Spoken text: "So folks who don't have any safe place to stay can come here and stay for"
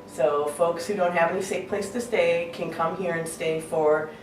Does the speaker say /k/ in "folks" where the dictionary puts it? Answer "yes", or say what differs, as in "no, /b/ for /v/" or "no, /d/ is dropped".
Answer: yes